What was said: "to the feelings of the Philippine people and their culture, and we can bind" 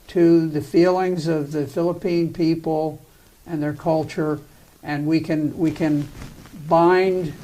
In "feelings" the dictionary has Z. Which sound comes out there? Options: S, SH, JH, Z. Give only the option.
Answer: Z